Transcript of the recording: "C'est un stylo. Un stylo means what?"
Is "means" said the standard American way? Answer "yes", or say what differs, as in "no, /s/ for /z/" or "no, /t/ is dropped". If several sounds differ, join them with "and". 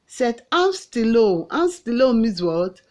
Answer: no, /n/ is dropped